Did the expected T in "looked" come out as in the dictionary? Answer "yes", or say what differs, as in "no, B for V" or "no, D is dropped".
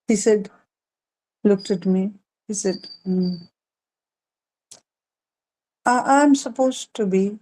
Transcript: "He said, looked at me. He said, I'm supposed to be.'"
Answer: yes